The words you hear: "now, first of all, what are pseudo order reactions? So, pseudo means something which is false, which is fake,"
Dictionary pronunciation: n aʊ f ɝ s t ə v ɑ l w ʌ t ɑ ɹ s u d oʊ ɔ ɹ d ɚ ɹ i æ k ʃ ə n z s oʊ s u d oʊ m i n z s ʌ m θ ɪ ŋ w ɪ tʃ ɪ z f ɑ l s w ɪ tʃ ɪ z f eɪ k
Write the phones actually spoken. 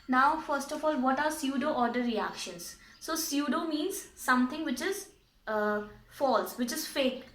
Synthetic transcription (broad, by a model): n aʊ f ɝ s t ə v ɑ l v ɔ t ɑ ɹ s u d oʊ ɔ ɹ d ɚ ɹ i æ k ʃ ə n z s oʊ s u d oʊ m i n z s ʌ m t ɪ ŋ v ɪ tʃ ɪ z f ɑ l s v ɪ tʃ ɪ z f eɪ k